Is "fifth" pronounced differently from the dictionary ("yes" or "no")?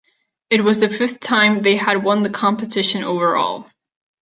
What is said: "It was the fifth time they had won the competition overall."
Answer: no